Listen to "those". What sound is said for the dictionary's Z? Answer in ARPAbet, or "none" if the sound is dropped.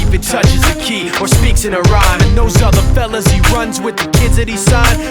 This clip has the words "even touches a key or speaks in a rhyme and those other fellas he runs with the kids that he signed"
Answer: Z